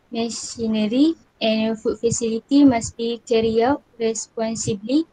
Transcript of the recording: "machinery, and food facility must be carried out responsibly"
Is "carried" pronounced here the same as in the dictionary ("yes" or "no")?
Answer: no